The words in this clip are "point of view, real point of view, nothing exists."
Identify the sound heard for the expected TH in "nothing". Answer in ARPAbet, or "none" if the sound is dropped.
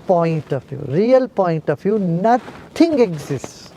T